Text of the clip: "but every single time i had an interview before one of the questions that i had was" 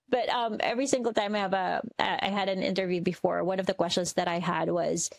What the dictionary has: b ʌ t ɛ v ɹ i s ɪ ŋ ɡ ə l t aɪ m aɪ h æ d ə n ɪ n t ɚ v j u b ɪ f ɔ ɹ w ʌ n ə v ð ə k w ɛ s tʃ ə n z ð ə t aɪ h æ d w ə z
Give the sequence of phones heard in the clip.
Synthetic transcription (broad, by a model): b ʌ t ɛ v ɹ i s ɪ ŋ ɡ l t aɪ m aɪ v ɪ d ə n ɪ n t ɚ v j u b ɪ f ɔ ɹ w ʌ n ə v ð ə k w ɛ s tʃ ə n z ð ə t aɪ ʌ d w ə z